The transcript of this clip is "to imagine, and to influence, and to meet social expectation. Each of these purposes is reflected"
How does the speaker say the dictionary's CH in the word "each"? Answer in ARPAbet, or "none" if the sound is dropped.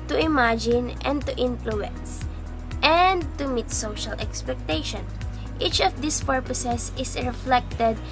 CH